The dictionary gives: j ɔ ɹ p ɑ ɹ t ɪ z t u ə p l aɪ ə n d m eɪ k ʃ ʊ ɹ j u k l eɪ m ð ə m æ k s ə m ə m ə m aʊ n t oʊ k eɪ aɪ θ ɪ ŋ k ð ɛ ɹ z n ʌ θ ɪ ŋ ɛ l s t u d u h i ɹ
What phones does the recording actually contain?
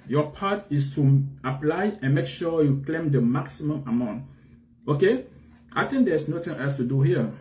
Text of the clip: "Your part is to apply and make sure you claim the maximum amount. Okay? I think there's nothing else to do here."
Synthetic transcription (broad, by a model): j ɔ p ɑ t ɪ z t u ə p l aɪ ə n m eɪ k ʃ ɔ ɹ j u k l eɪ m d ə m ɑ k s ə m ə m ə m aʊ n t oʊ k eɪ aɪ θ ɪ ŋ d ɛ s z n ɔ t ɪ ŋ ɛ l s t u d u h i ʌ